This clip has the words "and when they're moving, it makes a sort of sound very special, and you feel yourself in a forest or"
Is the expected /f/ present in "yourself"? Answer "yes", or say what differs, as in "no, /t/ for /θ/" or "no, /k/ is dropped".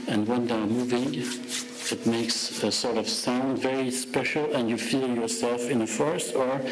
yes